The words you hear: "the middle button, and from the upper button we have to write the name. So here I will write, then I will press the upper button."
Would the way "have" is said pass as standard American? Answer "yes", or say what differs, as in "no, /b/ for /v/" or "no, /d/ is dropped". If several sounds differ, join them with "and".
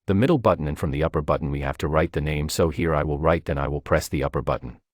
no, /f/ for /v/